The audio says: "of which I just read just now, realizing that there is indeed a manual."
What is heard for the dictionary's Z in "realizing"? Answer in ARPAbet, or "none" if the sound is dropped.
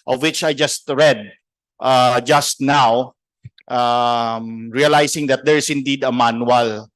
S